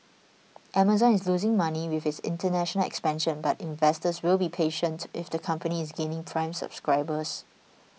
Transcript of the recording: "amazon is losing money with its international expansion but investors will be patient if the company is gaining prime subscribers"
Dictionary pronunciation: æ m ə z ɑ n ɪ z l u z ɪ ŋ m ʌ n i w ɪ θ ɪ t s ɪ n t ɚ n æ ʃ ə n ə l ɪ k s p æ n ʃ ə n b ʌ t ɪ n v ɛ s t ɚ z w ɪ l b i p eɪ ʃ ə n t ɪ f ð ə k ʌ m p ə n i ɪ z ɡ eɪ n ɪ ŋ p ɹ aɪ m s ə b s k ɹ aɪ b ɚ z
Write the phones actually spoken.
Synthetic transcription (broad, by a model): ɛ m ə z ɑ n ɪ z l u z ɪ ŋ m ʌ n i w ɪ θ ɪ t s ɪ n t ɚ n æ ʃ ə n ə l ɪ k s p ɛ n ʃ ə n b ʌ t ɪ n v ɛ s t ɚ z w ɪ l b i p eɪ ʃ ə n t ɪ f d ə k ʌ m p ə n i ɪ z ɡ eɪ n ɪ ŋ p ɹ aɪ m s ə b s k ɹ aɪ b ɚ s